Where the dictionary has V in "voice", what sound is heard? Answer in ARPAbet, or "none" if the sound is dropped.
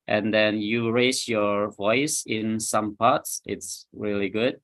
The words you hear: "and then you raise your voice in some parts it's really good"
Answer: V